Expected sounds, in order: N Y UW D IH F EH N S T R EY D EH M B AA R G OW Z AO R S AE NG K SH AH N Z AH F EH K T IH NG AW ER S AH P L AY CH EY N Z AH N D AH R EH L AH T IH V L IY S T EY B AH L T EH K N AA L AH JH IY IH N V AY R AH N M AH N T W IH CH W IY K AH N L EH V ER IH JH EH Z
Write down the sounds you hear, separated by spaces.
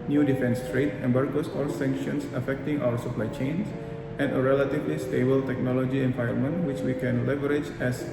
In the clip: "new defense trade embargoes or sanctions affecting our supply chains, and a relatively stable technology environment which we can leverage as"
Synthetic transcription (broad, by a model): N Y UW D IH F EH N S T R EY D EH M B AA R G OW S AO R S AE NG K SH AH N S AH F EH K T IH NG AW ER S AH P L AY CH EY N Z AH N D AH R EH L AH T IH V L IY S T EY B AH L T EH K N AA L AH JH IY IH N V AY AH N M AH N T W IH CH W IY K AH N L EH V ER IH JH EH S